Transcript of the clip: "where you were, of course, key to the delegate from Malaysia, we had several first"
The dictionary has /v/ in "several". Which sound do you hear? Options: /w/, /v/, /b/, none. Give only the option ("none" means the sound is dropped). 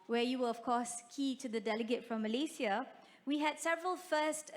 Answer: /v/